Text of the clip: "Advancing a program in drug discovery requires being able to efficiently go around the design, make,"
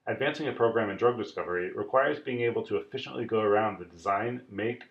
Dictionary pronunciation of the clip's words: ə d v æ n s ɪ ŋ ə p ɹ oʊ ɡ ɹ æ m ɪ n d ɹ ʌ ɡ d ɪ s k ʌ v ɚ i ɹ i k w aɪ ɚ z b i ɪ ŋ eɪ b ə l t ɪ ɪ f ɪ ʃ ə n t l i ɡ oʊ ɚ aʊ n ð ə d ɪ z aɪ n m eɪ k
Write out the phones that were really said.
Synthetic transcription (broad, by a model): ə d v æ n s ɪ ŋ ə p ɹ oʊ ɡ ɹ æ m ɪ n d ɹ ʌ ɡ d ɪ s k ʌ v ɚ i ɹ i k w aɪ ɚ z b i ɪ ŋ eɪ b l t ɪ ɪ f ɪ ʃ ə n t l i ɡ oʊ ɚ aʊ n ð ə d ɪ z aɪ n m eɪ k